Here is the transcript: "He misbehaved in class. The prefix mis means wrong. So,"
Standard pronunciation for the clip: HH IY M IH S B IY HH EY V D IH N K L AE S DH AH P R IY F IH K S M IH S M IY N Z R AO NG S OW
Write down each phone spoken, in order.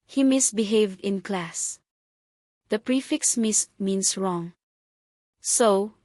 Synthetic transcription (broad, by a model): HH IY M IH S B IY HH EY V D IH N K L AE S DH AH P R IY F IH K S M IH S M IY N S R AO NG S OW